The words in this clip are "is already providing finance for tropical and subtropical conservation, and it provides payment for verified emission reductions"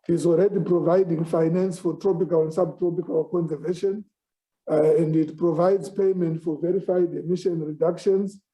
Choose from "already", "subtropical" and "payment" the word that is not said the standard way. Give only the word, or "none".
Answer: none